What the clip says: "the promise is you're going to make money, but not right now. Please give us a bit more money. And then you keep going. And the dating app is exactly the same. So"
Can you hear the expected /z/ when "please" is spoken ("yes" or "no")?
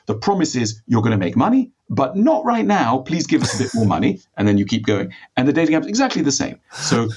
yes